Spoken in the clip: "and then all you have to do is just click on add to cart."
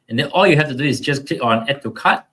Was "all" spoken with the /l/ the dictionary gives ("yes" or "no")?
yes